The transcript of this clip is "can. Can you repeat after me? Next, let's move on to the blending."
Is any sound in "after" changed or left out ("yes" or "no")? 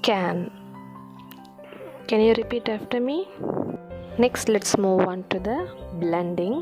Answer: no